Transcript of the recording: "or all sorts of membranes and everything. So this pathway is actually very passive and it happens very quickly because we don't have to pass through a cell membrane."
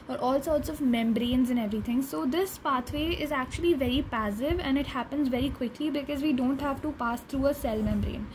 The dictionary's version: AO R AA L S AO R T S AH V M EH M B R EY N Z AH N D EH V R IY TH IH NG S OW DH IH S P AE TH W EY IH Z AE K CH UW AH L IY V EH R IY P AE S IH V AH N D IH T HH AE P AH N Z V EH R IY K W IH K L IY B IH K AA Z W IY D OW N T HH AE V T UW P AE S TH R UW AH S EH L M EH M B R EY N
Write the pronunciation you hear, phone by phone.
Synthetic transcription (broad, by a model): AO R AA L S AO R T S AH V M EH M B R EY N Z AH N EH V R IY T IH NG S OW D IH S P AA T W EY IH Z AE K CH UW AH L IY V EH R IY P AE S IH V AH N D IH T HH AE P AH N Z V EH R IY K W IH K L IY B IH K AA Z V IY D OW N T HH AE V T UW P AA S T R UW AH S EH L M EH M B R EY N